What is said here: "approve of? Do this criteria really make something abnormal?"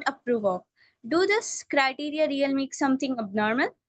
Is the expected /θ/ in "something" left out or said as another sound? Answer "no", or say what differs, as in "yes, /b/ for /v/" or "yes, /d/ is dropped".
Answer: yes, /t/ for /θ/